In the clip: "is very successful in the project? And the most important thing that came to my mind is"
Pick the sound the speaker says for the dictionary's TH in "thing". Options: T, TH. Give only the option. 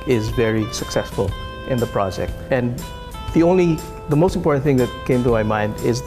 TH